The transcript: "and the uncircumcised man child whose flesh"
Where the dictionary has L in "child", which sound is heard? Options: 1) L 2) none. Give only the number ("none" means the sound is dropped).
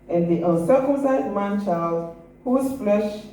1